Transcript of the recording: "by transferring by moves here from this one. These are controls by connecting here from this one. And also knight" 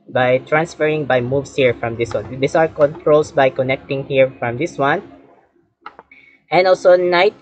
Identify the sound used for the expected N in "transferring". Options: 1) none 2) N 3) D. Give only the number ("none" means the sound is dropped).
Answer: 2